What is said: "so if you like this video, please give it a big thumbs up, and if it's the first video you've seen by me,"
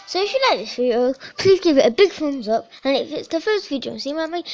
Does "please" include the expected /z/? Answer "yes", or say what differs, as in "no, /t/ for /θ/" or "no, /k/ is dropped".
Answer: yes